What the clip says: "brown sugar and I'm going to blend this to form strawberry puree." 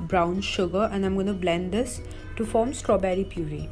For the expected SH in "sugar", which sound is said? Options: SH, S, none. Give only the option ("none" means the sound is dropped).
SH